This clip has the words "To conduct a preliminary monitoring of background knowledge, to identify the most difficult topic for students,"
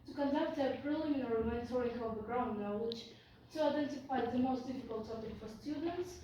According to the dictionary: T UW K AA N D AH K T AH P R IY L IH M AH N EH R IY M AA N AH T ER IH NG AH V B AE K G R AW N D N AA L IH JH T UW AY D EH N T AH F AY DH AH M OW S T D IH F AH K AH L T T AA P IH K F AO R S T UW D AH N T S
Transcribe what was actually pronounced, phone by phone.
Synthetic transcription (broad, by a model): T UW K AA N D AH K T AH P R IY L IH M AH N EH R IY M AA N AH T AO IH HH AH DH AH G R AW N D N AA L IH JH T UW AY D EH N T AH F AY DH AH M OW S T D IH F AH K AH L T T AA P IH K F AO R S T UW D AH N T S